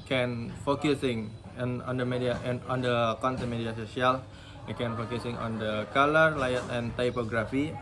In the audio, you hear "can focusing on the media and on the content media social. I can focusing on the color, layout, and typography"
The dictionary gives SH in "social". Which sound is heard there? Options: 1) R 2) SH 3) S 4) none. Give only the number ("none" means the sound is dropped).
3